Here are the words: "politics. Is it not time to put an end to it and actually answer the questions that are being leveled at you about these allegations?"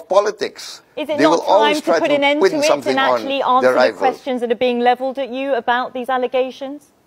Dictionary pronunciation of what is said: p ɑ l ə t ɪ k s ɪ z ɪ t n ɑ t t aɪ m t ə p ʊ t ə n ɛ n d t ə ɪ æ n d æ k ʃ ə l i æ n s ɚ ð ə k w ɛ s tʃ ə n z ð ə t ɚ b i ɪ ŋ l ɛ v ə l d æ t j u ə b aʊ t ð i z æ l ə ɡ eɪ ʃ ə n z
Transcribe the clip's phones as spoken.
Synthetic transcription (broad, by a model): p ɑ l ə t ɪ k s ɪ z ɪ t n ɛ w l aɪ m t ə p ʊ t ə n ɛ n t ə ɪ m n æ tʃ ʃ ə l i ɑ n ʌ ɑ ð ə k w ɛ s tʃ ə n z ð ə t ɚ b i ɪ ŋ l ɛ v ə l d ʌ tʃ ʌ ə b aʊ t ð i z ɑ l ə ɡ eɪ ʃ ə n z